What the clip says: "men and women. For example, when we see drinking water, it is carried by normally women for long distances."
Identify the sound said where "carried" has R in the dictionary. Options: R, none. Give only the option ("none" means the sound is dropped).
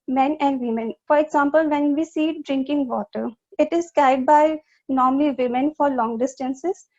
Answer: none